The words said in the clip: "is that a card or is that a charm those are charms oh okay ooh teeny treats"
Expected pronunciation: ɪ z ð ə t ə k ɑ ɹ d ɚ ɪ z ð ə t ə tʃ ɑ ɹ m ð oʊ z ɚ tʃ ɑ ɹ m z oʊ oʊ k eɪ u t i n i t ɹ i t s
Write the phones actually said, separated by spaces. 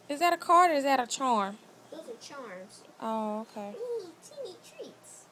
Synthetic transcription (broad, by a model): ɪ z ð ə t ə k ɑ ɹ d ɚ ɪ z ð ə t ə tʃ ɑ ɹ m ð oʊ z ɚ tʃ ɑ ɹ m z oʊ oʊ k eɪ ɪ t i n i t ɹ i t s